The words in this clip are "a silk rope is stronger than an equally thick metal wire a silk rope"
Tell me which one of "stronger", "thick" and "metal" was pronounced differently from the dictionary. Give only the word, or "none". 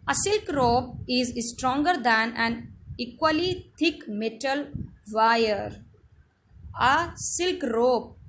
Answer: thick